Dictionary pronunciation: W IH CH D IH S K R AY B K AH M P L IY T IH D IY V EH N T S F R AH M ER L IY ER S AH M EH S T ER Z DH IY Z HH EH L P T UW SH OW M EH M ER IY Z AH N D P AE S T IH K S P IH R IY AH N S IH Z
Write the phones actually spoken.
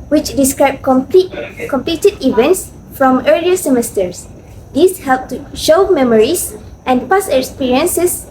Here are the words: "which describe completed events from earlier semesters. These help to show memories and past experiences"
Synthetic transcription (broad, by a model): W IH CH D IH S K R AY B K AH M P L IY T IH D IY V EH N T S F R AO M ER L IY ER S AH M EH S T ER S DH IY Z HH EH L P T UW SH OW M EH M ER IY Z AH N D P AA S IH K S P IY R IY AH N S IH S